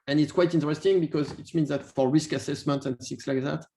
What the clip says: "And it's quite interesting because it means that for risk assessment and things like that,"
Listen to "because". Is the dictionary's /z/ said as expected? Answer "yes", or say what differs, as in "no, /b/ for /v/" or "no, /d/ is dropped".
yes